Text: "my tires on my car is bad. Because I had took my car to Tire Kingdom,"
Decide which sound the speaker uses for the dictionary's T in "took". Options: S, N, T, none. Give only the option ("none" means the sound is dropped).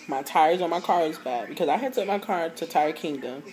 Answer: S